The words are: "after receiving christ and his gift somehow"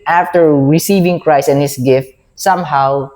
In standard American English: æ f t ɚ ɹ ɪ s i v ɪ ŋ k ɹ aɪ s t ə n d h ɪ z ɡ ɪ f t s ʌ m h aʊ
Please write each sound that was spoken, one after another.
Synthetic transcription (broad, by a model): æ f t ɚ ɹ ɪ s i v ɪ ŋ k ɹ aɪ s t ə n h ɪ s ɡ ɪ f t s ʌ m h aʊ